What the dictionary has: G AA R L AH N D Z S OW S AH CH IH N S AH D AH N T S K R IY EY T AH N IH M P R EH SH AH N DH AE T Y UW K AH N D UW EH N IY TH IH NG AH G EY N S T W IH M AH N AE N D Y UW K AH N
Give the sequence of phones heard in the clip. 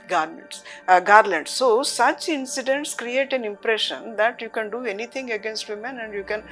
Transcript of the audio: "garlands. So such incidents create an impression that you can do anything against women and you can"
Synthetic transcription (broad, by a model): G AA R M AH N D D S OW S AH CH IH N S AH D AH N T S K R IY EY T AH N IH M P R EH SH AH N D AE T Y UW K AH N D UW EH N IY T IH NG AH G EY N S T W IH M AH N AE N D Y UW K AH N